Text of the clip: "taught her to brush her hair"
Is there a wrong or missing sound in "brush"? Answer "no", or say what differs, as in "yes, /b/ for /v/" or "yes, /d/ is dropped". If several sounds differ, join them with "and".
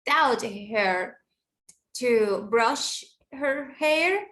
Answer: no